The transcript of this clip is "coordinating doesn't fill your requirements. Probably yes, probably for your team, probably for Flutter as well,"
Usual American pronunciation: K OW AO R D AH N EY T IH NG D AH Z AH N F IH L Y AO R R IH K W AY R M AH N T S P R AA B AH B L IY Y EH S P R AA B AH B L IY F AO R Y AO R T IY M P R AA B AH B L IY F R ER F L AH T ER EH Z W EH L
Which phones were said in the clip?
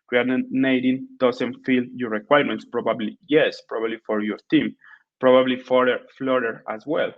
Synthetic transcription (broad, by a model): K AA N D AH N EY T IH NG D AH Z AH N F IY L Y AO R R IH K W AY R M AH N T S P R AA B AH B L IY Y EH S P R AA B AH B L IY F AO R Y AO R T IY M P R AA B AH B L IY F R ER F L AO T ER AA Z W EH L